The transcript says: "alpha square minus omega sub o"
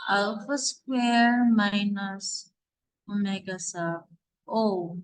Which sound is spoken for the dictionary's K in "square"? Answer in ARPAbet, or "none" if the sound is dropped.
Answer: K